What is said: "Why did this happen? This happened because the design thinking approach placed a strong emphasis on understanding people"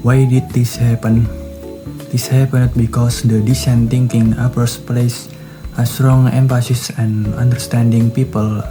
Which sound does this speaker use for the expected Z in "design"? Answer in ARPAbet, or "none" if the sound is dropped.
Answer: S